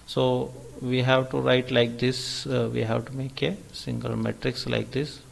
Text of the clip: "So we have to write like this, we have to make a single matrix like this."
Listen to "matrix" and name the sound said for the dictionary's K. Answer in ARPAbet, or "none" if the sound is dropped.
K